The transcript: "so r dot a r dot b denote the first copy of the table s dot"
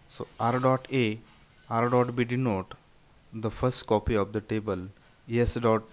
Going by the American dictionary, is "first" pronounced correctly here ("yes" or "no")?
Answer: yes